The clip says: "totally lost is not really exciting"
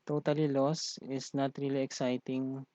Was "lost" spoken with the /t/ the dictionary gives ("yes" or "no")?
no